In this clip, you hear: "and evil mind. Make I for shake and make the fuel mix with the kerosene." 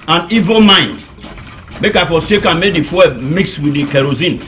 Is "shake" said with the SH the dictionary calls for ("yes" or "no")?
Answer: no